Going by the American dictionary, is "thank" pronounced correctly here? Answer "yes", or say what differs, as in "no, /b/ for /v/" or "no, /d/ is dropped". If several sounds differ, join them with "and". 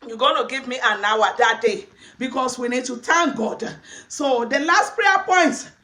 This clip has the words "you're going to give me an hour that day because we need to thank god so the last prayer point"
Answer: no, /t/ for /θ/